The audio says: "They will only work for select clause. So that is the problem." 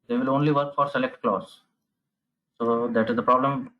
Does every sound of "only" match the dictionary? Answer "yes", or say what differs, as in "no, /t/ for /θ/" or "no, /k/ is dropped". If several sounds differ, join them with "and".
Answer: yes